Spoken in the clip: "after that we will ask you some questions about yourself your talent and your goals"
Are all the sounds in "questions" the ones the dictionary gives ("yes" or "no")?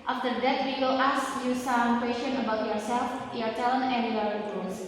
no